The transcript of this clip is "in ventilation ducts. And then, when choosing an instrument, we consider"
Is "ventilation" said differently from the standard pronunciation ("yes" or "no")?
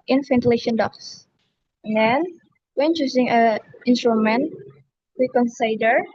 yes